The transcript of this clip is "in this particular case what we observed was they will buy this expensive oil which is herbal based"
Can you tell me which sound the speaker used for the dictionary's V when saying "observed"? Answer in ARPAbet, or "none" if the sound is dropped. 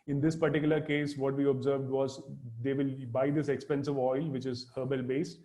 V